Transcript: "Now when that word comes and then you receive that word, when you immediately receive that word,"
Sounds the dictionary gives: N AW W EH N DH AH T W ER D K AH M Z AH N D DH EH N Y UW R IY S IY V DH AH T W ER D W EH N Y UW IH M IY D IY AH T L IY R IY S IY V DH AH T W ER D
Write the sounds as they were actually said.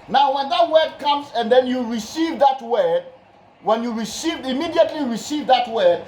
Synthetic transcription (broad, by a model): N AW W EH N DH AH T W ER D K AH M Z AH N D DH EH N Y UW R IY S IY V DH AH T W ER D W EH N Y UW IH M IY D IY AH T L IY R IY S IY V DH AH T W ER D